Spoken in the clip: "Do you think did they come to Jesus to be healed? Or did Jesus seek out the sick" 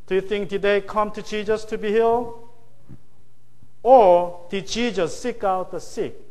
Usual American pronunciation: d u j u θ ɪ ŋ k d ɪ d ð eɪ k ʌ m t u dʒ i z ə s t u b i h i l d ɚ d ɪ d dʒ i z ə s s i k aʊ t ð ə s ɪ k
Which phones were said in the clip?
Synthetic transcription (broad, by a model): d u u θ ɪ ŋ k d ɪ d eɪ k ʌ m t u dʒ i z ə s t u b i h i l ɚ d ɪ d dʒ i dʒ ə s s i k aʊ t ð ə s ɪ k